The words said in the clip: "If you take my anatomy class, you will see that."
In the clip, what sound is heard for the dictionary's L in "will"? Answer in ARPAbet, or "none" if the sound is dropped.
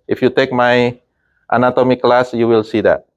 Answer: L